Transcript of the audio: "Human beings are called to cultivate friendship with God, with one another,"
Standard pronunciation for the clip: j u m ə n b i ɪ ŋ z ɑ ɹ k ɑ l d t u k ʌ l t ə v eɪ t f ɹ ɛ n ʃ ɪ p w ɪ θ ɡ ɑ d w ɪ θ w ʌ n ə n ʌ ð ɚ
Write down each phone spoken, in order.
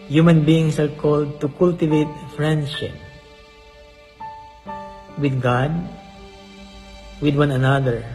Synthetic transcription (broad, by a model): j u m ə n b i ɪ ŋ s ɑ ɹ k ɑ l d t u k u l t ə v eɪ t f ɹ ɛ n ʃ ɪ p w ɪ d ɡ ɑ d w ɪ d w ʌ n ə n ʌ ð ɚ